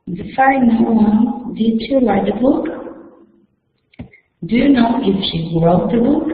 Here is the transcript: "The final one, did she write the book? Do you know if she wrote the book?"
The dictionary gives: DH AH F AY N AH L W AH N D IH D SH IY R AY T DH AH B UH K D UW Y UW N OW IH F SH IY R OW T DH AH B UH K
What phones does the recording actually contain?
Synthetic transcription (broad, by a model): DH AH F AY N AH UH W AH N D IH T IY L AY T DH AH B UH K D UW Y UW N OW IH F SH IY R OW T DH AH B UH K